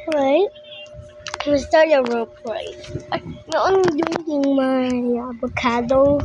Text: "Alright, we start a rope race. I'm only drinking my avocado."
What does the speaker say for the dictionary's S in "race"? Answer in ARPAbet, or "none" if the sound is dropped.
none